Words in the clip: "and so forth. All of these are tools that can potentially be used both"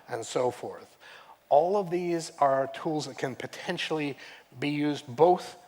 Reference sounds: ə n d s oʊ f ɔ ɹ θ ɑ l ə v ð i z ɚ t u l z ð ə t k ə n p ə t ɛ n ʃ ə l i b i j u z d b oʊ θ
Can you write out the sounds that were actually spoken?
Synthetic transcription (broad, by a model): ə n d s oʊ f ɔ ɹ θ ɑ l ə v ð i z ɚ t u l z ð ə t k ə n p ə t ɛ n ʃ l i b i j u z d b oʊ θ